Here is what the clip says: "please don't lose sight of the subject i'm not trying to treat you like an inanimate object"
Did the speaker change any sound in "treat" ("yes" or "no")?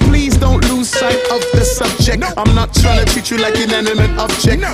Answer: yes